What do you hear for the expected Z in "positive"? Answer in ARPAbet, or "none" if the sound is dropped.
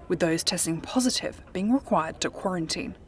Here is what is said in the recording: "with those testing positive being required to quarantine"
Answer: Z